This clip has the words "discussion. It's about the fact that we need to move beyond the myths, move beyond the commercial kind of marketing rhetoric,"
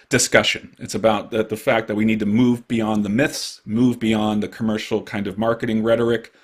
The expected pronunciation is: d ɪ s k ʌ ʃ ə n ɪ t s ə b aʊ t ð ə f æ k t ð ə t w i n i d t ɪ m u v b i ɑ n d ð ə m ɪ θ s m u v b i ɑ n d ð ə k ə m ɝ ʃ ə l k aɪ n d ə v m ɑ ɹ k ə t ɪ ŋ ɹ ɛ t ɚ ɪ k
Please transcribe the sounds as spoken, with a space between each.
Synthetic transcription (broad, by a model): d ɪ s k ʌ ʃ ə n ɪ t s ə b aʊ t ð ə f æ k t ð ə t w i n i d t ɪ m u v b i ɑ n ð ə m ɪ θ s m u v b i ɑ n ð ə k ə m ɝ ʃ l k aɪ n d ə v m ɑ ɹ k ə t ɪ ŋ ɹ ɛ t ɚ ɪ k